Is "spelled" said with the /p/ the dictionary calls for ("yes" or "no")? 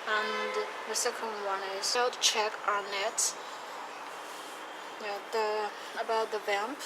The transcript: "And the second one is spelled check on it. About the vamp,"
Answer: no